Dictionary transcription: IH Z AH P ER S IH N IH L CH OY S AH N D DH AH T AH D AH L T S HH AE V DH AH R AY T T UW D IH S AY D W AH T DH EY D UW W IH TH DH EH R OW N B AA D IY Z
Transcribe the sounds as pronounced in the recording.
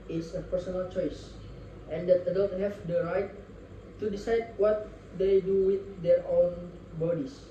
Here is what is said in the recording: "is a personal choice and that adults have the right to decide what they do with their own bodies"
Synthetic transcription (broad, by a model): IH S AH P ER S IH N IH L CH OY S AH N D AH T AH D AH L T HH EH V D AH R AY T T UW D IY S AY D W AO T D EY D UW W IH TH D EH R OW N B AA D IY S